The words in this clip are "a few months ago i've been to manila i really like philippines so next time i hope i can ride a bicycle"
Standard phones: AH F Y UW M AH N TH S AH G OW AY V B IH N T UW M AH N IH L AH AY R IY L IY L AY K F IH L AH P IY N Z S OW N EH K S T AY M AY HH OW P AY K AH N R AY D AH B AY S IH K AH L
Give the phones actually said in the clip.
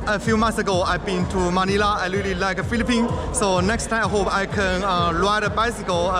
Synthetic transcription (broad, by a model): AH F Y UW M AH N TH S AH G OW AY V B IH N T UW M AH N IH L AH AY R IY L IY L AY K F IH L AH P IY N S OW N EH K S T AY M AY HH OW P AY K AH N L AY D AH B AY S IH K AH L